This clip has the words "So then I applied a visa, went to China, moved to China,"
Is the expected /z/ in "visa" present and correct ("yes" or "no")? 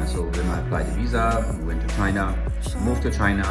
yes